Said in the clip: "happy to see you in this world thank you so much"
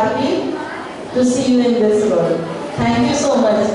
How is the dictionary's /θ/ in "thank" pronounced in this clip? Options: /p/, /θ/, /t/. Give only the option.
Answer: /t/